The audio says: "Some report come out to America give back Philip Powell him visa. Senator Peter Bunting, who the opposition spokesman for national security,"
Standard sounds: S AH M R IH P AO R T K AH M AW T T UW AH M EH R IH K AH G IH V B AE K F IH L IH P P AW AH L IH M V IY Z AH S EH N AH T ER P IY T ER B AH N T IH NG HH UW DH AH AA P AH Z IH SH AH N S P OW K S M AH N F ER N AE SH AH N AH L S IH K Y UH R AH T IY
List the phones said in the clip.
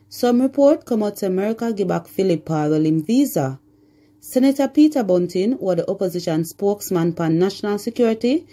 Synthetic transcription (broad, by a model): S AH M R IH P AO R T K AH M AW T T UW AH M EH R IH K AH G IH B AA K F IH L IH P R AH L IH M V IY Z AH S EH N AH T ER P IY T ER B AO N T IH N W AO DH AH AA P AH Z IH SH AH N S P OW K S M AH N P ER N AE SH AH N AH L S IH K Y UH R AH T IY